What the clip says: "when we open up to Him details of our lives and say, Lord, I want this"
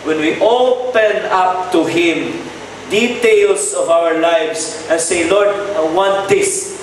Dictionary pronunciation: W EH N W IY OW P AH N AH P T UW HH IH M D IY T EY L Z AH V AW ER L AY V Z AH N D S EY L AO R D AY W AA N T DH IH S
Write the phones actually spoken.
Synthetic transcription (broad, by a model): W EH N W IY OW P AH N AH P T UW HH IH M D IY T EY L S AH V AW ER L AY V S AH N S EY L AO R D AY W AA N T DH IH S